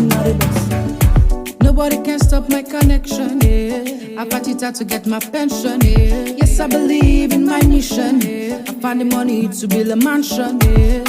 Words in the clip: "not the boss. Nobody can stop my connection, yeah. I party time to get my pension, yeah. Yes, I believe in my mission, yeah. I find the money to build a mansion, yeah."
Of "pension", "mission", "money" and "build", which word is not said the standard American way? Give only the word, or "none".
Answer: build